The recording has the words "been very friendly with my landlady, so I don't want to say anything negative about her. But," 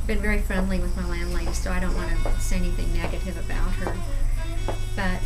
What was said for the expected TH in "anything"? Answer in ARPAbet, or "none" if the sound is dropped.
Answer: TH